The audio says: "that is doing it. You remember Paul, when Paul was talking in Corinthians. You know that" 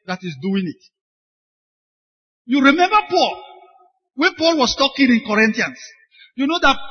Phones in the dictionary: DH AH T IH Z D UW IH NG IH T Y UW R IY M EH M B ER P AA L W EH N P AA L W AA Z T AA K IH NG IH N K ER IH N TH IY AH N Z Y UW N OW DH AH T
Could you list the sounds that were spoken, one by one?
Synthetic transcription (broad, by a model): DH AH T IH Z D UW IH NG IH T Y UW R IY M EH M B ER P AA L W EH N P AA L W AA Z T AA K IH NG IH N K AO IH N T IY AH N S Y UW N OW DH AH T